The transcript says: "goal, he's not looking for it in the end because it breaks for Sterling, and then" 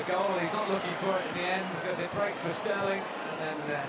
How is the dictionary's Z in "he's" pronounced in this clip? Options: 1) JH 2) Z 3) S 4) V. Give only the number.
2